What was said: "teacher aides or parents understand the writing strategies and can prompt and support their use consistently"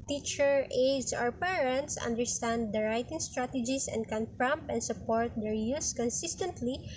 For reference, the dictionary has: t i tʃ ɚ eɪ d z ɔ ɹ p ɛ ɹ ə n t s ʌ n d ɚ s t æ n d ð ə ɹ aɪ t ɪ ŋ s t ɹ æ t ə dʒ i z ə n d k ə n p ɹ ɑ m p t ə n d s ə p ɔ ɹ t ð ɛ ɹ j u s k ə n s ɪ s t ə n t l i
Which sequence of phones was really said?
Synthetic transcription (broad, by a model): t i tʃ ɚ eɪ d s ɔ ɹ p ɛ ɹ ə n t s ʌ n d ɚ s t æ n d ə ɹ aɪ t ɪ ŋ s t ɹ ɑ t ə dʒ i s ə n d k ə n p ɹ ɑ m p ə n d s ə p ɔ ɹ t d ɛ ɹ j u s k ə n s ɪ s t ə n t l i